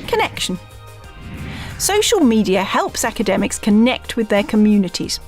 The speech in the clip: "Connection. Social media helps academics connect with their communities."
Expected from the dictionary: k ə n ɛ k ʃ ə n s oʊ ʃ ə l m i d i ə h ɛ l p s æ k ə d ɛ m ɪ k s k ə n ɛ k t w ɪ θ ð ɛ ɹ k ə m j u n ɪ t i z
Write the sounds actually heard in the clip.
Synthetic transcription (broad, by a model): k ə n ɛ k ʃ ə n s oʊ ʃ ə l m i d i ə h ɛ l p s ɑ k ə d ɛ m ɪ k s k ə n ɛ k t w ɪ ð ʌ k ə m j u n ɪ t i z